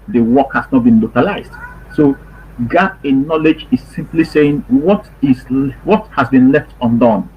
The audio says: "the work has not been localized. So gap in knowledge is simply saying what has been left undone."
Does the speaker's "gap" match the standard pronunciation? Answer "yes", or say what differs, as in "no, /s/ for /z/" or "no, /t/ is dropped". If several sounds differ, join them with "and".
no, /p/ is dropped